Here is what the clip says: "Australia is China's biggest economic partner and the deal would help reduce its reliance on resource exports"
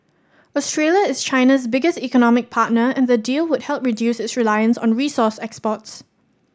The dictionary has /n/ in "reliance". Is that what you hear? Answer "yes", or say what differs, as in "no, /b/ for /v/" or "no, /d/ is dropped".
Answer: yes